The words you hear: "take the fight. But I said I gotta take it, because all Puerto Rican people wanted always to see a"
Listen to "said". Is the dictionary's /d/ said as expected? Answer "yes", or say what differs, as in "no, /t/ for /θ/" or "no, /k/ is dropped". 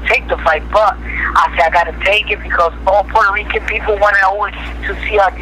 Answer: no, /d/ is dropped